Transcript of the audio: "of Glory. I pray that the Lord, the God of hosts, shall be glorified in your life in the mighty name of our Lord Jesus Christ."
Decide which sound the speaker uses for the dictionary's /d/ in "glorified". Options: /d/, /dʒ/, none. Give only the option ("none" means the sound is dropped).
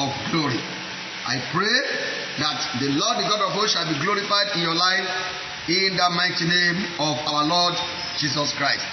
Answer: /d/